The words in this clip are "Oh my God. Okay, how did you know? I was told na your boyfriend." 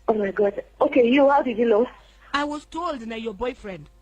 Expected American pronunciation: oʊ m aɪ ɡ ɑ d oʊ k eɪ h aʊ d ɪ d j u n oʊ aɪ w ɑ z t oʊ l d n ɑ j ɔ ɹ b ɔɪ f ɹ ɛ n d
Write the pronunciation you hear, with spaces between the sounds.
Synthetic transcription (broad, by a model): oʊ m aɪ ɡ ɑ d oʊ k eɪ h aʊ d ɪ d j u l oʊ aɪ w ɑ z t oʊ l d n ɑ j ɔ b ɔɪ f ɹ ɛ n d